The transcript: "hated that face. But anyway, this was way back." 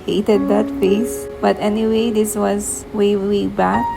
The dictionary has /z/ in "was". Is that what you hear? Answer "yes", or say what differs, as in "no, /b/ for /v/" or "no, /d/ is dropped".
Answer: yes